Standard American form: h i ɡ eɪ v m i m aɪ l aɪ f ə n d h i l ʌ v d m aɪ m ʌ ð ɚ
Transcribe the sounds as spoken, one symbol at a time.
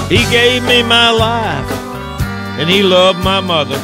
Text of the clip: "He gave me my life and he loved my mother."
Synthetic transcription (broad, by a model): h i ɡ eɪ v m i m aɪ l aɪ f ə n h i l ʌ v d m aɪ m ʌ ð ɚ